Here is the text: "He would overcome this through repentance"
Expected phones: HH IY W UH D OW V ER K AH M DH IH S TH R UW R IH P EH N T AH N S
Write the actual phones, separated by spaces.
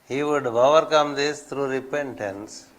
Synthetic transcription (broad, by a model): HH IY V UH D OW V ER K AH M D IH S T R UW R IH P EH N T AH N S